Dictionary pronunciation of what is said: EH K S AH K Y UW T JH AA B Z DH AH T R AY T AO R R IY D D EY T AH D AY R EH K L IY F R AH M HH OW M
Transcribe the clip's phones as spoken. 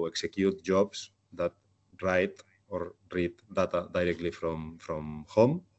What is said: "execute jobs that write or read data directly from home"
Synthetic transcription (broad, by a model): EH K S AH K Y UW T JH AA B S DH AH T R AY T AO R R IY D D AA T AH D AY R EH K L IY F R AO M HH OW M